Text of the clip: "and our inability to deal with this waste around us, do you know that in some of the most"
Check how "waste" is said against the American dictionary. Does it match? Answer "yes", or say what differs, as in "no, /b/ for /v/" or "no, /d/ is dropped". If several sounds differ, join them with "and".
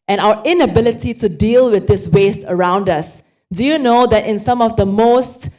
yes